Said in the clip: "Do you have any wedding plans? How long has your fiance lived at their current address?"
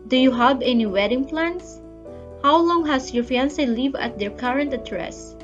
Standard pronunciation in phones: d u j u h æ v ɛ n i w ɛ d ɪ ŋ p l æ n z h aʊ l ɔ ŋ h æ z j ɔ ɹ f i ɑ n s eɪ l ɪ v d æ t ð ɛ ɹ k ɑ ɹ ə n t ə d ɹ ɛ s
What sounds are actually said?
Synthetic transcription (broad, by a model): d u j u h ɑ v ɛ n i w ɛ d ɪ ŋ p l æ n s h aʊ l ɔ ŋ h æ s j ɔ ɹ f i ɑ n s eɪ l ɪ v ɑ t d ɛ ɹ k ɑ ɹ ə n t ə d ɹ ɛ s